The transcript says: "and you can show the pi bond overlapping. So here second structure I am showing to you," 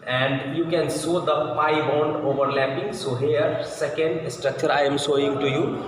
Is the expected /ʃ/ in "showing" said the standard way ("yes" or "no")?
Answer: no